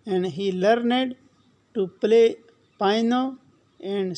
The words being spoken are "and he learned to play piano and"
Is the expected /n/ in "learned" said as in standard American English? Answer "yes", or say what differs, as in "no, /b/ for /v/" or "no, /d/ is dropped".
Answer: yes